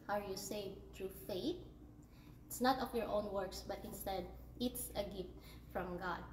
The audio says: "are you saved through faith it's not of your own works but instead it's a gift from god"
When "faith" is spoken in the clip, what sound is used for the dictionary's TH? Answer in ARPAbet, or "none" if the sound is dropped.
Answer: T